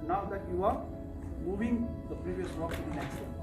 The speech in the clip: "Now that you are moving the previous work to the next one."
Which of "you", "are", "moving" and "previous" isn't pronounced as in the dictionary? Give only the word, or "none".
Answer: none